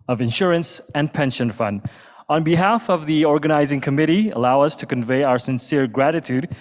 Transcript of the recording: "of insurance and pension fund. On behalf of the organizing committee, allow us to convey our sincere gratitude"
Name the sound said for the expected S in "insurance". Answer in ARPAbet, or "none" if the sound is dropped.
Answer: S